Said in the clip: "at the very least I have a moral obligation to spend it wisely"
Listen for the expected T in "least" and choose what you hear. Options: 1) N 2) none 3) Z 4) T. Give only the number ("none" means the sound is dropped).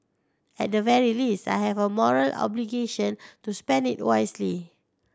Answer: 4